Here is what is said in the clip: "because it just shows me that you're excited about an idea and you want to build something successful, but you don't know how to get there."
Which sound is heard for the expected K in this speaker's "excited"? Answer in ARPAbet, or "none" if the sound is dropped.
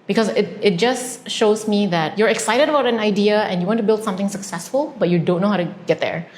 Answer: K